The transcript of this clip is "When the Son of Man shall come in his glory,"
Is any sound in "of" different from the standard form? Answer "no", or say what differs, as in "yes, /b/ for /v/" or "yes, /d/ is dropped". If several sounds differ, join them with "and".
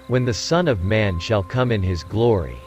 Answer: no